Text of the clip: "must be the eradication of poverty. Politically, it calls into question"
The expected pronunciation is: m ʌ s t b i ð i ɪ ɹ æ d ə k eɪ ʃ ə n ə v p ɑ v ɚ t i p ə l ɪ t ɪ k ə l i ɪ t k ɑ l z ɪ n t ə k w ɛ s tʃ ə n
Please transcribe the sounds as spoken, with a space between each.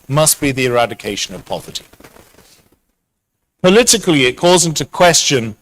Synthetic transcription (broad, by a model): m ʌ s b i ð i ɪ ɹ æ d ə k eɪ ʃ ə n ə v p ɑ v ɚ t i p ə l ɪ t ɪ k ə l i ɪ t k ɑ z ɪ n t ə k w ɛ s tʃ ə n